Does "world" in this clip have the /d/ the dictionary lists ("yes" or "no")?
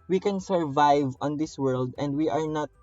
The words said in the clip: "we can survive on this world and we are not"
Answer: yes